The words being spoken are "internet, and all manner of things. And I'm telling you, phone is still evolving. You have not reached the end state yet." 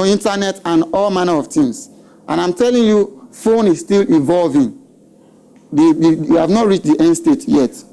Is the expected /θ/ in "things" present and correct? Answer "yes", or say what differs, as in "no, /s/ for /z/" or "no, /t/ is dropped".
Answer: no, /t/ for /θ/